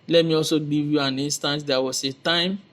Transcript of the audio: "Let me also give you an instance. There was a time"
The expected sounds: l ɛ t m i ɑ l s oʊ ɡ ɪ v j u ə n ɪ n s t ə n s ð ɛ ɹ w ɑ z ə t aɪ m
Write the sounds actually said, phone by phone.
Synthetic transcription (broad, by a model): l ɛ t m i ɑ l s oʊ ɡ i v j u ə n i n s t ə n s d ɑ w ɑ s ə t aɪ m